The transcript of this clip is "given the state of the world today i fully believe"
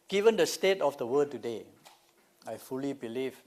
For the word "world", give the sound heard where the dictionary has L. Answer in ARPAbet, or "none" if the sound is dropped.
none